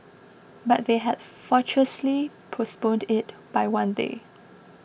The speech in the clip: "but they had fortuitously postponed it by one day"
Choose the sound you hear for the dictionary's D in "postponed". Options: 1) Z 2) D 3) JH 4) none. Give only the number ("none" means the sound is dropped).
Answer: 2